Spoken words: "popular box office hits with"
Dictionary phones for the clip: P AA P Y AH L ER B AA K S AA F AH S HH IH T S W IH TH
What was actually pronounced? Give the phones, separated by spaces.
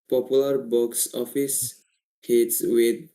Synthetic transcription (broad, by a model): P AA P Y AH L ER B AA K S AA F AH S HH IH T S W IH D